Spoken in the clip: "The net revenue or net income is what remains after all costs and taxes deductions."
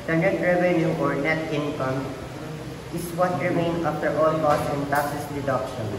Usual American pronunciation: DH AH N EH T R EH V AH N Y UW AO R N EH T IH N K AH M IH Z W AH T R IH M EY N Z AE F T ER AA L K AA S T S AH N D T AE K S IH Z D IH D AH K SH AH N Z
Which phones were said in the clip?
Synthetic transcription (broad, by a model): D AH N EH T R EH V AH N Y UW AO R N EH T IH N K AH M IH S W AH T R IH M EY N AA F T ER AA L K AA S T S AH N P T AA S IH S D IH D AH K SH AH N